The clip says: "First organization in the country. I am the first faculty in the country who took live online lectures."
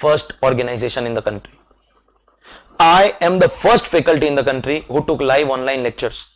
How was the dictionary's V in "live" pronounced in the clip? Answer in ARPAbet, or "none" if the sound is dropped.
V